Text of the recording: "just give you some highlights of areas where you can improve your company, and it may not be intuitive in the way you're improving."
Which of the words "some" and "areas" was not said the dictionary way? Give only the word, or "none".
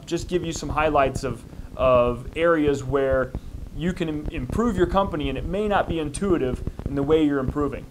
none